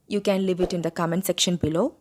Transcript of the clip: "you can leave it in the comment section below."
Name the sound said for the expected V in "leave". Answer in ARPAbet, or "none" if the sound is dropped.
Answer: V